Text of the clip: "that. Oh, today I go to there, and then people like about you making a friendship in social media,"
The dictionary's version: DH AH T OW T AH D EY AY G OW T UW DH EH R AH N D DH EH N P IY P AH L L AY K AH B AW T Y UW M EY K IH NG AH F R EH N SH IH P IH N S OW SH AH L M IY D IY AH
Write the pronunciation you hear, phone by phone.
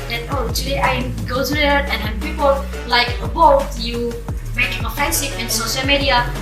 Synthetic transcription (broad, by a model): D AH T OW T AH D EY AY G OW T UW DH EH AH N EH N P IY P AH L L AY K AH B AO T Y UW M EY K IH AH F EH N S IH F IH N S OW SH AH L M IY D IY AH